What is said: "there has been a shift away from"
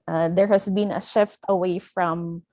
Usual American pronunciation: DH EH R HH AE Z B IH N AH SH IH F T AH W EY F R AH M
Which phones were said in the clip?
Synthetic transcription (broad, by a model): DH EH R HH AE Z B IH N AH SH IH F T AH W EY F R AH M